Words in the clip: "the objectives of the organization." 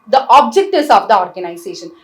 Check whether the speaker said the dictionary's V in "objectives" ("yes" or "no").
no